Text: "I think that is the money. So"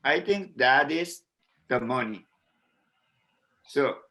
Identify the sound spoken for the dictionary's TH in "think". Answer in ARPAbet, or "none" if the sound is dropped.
T